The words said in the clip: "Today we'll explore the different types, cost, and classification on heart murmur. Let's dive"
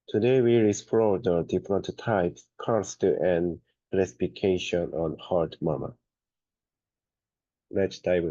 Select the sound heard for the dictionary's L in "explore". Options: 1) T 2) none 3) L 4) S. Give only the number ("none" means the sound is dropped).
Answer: 2